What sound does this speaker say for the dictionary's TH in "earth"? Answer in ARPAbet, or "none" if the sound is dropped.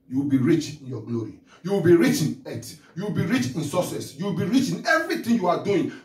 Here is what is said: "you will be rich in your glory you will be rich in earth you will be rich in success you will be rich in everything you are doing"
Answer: T